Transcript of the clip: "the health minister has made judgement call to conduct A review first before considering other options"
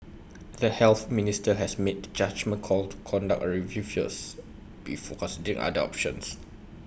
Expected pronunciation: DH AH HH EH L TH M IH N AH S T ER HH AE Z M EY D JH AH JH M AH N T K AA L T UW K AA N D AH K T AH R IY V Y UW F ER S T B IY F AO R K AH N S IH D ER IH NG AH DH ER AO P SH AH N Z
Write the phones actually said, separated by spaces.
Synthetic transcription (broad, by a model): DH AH HH EH L TH M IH N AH S T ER HH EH S M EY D JH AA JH M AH N K AA L T UW K AA N D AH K AH R IY V Y UW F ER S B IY F AO K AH N S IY D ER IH NG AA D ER AO P SH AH N S